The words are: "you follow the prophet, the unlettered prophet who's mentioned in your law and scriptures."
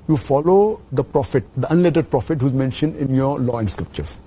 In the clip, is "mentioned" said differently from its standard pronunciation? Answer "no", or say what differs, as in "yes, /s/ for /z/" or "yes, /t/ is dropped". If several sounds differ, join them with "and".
no